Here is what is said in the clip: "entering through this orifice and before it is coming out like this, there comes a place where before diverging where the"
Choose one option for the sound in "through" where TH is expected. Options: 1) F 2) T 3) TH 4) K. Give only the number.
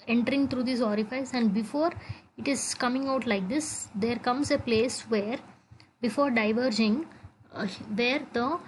2